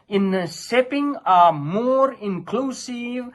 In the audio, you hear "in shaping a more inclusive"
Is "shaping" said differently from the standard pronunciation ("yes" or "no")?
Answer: yes